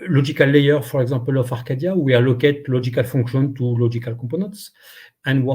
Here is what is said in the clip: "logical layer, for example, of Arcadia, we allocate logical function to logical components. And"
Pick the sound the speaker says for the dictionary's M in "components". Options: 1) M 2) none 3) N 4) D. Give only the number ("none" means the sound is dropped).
2